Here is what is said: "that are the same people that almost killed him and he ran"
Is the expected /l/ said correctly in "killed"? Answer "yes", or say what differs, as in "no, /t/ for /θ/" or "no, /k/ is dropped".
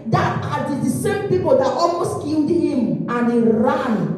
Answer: no, /n/ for /l/